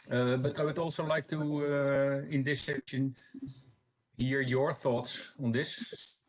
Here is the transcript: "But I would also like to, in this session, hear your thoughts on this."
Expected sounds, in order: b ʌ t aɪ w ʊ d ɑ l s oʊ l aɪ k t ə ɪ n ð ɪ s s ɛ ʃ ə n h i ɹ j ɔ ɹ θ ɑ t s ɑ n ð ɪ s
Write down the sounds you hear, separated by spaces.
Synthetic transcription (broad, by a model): b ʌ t aɪ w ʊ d ɑ l s oʊ l aɪ k t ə ɪ n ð ɪ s s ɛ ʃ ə n h i ɹ j ɔ ɹ θ ɑ t s ɑ n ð ɪ s